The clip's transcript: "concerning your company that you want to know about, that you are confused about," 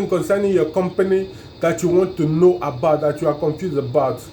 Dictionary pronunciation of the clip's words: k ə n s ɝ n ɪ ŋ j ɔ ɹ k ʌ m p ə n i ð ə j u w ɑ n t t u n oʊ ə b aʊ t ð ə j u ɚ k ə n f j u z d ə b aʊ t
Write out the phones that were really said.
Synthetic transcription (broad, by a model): k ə n s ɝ n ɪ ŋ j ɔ k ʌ m p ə n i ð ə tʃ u w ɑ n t t u n oʊ ə b aʊ t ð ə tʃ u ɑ k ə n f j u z ə b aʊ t